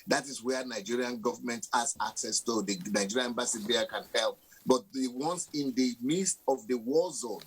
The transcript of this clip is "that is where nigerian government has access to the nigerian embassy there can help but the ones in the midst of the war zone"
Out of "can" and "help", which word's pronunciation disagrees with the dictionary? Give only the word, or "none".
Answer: none